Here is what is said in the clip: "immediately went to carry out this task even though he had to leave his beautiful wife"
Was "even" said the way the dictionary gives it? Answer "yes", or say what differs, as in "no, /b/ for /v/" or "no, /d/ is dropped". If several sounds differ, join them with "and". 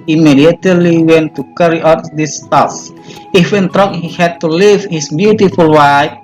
no, /f/ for /v/